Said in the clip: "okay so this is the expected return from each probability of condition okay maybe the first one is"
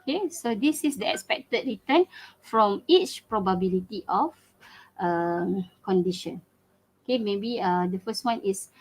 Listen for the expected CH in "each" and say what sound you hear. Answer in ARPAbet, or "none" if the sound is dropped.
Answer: CH